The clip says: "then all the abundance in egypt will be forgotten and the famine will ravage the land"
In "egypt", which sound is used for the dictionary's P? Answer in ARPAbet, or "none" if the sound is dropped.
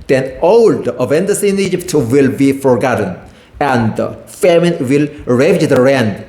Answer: P